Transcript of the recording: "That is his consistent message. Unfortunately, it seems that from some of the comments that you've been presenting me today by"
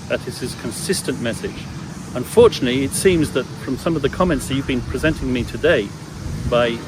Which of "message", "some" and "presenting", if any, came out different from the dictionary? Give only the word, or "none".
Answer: none